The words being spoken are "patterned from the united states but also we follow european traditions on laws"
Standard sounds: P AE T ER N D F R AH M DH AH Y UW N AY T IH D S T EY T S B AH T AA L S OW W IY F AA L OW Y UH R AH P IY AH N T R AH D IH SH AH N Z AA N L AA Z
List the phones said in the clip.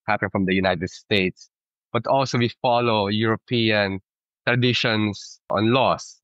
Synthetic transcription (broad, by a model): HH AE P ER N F R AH M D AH Y UW N AY T IH D S T EY T S B AH T AA L S OW W IY F AA L OW Y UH R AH P IY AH N T R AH D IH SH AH N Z AA N L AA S